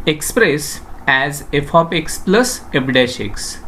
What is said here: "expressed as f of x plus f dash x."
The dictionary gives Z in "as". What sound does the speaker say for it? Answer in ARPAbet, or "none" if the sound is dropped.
Z